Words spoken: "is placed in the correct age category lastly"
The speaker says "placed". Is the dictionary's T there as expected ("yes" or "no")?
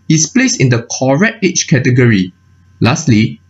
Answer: no